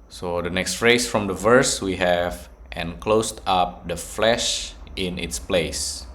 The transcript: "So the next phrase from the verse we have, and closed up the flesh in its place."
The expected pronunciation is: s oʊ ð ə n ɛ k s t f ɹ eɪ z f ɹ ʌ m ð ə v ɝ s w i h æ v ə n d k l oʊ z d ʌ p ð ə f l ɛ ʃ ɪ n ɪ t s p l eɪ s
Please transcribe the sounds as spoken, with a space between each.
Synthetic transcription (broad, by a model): s oʊ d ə n ɛ k s t f ɹ eɪ s f ɹ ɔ m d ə v ɝ s w i h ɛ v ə n k l oʊ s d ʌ p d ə f l ɛ ʃ ɪ n ɪ t s p l eɪ s